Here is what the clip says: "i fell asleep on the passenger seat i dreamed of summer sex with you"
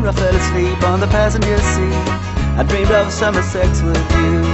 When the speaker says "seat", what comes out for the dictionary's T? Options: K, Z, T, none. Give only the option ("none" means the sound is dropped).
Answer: none